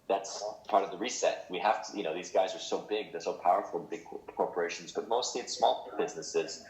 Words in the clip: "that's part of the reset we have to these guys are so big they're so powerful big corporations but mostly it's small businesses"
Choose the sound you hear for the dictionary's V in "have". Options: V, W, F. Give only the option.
F